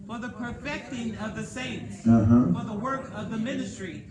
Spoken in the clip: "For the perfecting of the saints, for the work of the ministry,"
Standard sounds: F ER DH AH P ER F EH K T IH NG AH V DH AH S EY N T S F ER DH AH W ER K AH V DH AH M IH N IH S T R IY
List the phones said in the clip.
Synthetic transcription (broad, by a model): F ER DH AH P ER F EH K T IH NG AH V DH AH S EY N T S F ER DH AH W ER K AH V DH AH M IH N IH S T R IY